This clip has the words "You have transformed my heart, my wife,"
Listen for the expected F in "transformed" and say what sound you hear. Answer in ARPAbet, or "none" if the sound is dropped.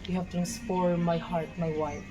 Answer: P